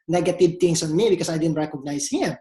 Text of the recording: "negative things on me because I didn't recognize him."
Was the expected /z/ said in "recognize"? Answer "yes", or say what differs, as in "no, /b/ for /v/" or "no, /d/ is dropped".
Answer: no, /s/ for /z/